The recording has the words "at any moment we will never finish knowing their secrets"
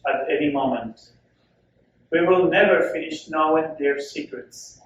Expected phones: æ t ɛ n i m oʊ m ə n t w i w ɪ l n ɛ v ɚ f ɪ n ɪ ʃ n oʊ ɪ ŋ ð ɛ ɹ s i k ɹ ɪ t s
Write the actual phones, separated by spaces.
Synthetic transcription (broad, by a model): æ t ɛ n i m oʊ m ə n t w i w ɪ l n ɛ v ɚ f ɪ n ɪ ʃ n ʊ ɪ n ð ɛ ɹ s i k ɹ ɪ t s